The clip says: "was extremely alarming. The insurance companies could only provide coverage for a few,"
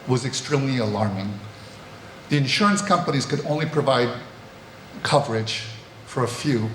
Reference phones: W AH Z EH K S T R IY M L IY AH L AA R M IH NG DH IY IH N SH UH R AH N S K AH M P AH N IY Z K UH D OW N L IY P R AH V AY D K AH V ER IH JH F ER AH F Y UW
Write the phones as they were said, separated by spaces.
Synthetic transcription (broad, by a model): W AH Z EH K S T R IY M L IY AH L AA R M IH NG DH IY IH N SH UH R AH N S K AH M P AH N IY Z K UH D OW N L IY P R AH V AY D K AH V ER IH JH F ER AH F Y UW